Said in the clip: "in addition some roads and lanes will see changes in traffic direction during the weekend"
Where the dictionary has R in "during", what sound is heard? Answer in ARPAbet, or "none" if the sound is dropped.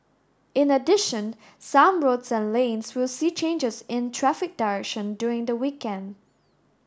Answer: R